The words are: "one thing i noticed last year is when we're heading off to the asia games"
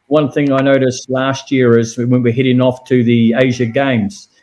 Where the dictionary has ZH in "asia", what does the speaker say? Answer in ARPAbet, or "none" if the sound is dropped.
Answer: ZH